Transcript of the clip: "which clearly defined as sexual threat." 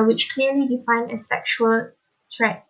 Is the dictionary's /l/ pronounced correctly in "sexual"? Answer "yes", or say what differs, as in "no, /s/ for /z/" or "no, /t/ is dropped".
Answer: yes